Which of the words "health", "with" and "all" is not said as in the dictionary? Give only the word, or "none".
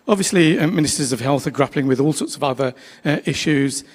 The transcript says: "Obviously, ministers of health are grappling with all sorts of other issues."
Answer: none